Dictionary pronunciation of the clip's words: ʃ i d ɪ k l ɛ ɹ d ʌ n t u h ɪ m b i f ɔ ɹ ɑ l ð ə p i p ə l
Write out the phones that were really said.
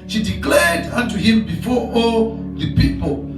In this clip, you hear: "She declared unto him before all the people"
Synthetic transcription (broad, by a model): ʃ i d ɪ k l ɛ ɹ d ʌ n t u h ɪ m b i f ɔ ɑ l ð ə p i p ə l